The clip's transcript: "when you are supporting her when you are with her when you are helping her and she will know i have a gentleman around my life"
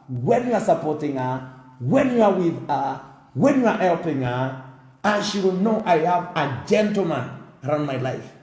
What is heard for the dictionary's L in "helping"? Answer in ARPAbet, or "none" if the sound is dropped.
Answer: L